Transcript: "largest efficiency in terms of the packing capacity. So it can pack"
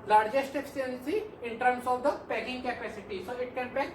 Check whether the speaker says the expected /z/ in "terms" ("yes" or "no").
no